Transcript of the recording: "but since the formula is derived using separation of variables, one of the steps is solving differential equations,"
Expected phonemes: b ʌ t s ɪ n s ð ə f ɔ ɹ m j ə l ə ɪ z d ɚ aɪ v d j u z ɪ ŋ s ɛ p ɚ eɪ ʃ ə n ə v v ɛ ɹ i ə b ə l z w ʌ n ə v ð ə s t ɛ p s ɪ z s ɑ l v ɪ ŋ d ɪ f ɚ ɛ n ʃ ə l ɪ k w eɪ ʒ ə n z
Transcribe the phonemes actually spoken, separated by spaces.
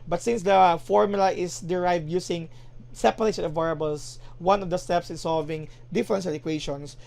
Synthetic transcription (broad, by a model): b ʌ t s ɪ n s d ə f ɔ ɹ m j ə l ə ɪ s d ɚ aɪ v d j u s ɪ ŋ s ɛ p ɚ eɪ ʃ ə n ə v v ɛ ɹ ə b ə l s w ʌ n ə v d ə s t ɛ p s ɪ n s ɑ l v ɪ ŋ d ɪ f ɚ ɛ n s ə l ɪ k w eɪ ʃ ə n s